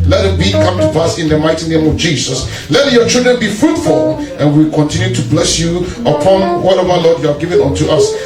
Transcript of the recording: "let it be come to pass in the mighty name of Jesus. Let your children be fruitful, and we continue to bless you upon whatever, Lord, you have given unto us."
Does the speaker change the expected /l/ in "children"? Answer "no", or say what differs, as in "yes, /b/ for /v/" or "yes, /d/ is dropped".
no